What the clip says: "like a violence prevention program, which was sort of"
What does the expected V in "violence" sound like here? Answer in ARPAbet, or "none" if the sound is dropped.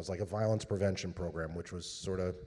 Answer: V